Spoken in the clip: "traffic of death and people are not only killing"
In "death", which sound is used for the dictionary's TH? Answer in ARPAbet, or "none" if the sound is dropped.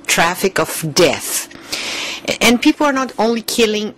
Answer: TH